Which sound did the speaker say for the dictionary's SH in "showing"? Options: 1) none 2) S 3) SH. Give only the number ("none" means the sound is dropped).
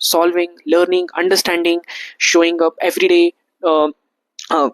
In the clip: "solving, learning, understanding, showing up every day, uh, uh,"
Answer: 3